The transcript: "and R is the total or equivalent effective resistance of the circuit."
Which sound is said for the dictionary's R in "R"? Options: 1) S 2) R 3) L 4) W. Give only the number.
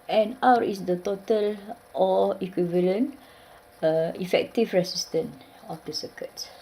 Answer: 4